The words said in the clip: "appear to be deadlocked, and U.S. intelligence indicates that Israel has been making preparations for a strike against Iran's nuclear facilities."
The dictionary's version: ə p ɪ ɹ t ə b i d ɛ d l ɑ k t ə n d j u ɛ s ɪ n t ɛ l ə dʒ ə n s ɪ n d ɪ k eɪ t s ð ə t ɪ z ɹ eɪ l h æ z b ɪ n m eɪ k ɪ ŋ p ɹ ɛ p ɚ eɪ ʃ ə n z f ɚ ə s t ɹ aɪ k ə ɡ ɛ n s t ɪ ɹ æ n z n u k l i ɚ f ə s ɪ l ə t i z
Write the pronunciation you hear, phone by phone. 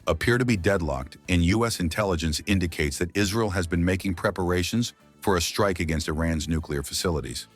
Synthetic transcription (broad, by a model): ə p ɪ ɹ t ə b i d ɛ d l ɑ k t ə n j u ɛ s ɪ n t ɛ l ə dʒ ə n s ɪ n d ɪ k eɪ t s ð ə t ɪ z ɹ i l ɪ z b ɪ n m eɪ k ɪ ŋ p ɹ ɛ p ɚ eɪ ʃ ə n z f ɚ ə s t ɹ aɪ k ə ɡ ɛ n s t ɪ ɹ æ n z n u k l i ɚ f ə s ɪ l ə t i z